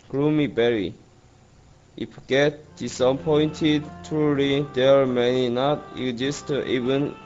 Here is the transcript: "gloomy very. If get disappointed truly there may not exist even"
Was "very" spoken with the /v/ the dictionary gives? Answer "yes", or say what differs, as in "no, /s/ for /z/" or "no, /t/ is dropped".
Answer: no, /b/ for /v/